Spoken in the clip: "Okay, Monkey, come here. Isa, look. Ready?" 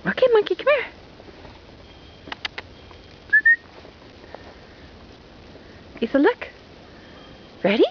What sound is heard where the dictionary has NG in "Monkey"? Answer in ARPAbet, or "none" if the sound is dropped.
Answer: none